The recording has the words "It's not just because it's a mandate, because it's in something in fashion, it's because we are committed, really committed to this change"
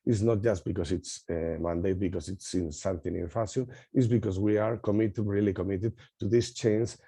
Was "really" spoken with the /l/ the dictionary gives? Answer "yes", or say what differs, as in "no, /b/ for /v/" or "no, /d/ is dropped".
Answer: yes